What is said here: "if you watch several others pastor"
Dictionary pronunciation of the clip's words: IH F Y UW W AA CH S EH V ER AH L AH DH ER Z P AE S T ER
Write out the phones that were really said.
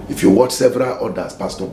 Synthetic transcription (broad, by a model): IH F Y UW W AA CH S EH V ER AH L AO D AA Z P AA S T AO